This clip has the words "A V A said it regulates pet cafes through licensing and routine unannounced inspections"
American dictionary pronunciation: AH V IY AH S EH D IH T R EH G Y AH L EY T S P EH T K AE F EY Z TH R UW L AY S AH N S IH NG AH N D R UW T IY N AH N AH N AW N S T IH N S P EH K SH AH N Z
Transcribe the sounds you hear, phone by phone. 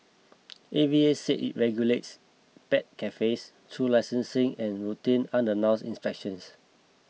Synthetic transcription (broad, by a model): AH V IY AH S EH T IH T R EH G Y AH L EY T S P EH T K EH F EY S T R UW L AY S AH N S IH NG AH N R UW T IY N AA N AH N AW S IH N S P EH K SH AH N S